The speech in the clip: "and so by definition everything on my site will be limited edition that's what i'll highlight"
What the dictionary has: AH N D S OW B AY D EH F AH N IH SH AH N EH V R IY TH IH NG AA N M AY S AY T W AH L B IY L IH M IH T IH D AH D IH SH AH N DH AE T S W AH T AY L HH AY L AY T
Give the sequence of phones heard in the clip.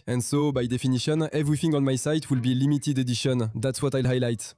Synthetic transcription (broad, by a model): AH N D S OW B AY D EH F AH N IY SH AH N EH V R IY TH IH NG AA N M AY S AY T W AH L B IY L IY M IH T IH D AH D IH SH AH N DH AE T S W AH T AY L HH AY L AY T